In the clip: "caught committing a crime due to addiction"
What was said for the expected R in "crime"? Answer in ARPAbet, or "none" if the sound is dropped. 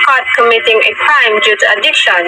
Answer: none